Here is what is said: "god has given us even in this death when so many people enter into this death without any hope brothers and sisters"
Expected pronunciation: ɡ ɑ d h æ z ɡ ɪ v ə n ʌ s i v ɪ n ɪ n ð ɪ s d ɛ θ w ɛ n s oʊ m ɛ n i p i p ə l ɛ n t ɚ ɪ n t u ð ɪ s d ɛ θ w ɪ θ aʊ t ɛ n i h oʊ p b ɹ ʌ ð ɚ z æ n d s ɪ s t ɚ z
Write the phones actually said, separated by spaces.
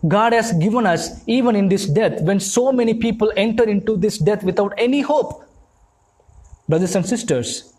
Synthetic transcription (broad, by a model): ɡ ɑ d h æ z ɡ ɪ v ə n ʌ s i v ɪ n ɪ n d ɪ s d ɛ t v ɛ n s oʊ m ɛ n i p i p ə l ɛ n t ɚ ɪ n t u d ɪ s d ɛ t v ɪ t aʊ t ɛ n i h oʊ p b ɹ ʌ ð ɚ s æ n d s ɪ s t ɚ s